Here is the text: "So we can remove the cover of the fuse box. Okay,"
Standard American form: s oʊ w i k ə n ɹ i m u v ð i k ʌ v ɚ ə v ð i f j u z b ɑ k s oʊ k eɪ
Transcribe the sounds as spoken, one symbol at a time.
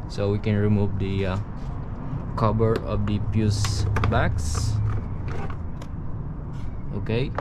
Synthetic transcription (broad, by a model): s oʊ w i k ə n ɹ i m u v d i k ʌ b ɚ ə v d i p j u s b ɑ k s oʊ k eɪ